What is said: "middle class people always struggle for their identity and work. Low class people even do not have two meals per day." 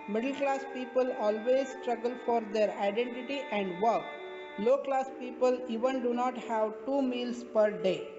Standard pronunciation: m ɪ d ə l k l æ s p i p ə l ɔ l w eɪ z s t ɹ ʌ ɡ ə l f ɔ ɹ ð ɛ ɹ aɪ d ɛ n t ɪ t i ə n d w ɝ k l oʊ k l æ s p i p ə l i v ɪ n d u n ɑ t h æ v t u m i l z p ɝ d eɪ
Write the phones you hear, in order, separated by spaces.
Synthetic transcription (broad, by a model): m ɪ d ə l k l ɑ s p i p ə l ɔ l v eɪ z s t ɹ ʌ ɡ ə l f ɔ ɹ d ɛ ɹ aɪ d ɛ n t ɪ t i ə n d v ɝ k l oʊ k l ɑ s p i p ə l i v ɪ n d u n ɑ t h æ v t u m i l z p ɝ d eɪ